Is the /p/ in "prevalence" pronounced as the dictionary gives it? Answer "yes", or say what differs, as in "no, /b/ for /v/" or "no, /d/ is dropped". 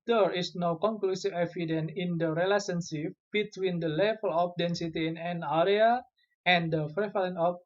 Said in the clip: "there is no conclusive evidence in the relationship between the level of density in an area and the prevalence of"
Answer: no, /f/ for /p/